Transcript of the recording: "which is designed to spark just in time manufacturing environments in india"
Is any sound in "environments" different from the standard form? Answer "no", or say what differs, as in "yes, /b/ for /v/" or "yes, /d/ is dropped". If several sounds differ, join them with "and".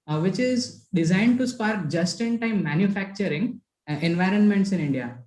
no